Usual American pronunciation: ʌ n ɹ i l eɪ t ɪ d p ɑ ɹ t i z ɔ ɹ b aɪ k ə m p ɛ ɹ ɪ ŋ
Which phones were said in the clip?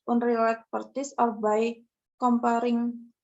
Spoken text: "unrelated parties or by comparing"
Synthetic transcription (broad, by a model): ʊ n ɹ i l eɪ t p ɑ ɹ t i s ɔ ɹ b aɪ k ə m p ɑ ɹ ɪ ŋ